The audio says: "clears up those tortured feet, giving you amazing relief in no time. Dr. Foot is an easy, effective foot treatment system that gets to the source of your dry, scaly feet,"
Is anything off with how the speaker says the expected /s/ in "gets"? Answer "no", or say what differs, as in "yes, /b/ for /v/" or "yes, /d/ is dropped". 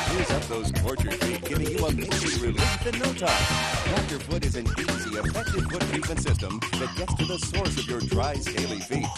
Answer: no